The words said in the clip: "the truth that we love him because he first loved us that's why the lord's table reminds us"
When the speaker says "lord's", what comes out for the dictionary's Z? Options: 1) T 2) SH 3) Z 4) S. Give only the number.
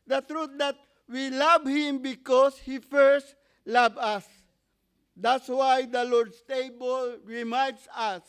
4